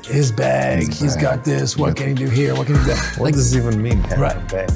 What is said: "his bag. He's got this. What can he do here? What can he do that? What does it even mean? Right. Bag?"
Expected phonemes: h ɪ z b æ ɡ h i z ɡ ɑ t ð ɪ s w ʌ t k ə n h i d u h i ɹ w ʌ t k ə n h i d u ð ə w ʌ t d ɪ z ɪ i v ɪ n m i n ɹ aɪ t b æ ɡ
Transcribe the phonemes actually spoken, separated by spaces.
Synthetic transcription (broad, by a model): h ɪ z b æ ɡ h i z ɡ ɑ t ð ɪ s w ʌ t k ə n h i d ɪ h i ɹ w ʌ t k ə n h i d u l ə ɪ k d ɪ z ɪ i v ɪ n m i n ɹ aɪ t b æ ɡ